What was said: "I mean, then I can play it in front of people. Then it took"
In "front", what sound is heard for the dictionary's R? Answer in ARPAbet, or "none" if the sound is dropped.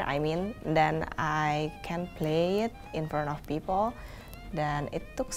none